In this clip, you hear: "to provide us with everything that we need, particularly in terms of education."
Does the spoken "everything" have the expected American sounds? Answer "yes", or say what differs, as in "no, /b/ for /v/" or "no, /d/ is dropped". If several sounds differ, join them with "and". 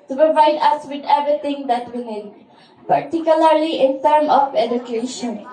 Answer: no, /t/ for /θ/